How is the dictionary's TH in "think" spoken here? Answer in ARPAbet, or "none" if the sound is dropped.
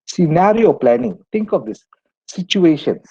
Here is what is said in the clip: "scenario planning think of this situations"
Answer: T